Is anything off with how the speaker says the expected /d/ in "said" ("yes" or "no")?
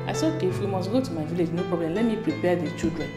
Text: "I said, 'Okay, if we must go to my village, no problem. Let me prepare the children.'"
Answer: yes